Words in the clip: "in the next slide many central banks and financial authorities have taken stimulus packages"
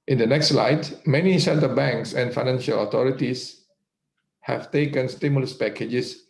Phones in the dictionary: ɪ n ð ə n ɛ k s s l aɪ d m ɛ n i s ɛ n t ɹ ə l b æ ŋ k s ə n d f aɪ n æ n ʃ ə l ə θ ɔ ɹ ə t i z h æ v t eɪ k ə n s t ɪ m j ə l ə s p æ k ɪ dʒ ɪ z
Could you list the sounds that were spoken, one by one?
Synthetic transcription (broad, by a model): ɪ n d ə n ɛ k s s l aɪ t m ɛ n i s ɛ n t ə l b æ ŋ k s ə n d f aɪ n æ n ʃ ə l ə t ɔ ɹ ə t i s h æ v t eɪ k ə n s t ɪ m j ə l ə s p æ k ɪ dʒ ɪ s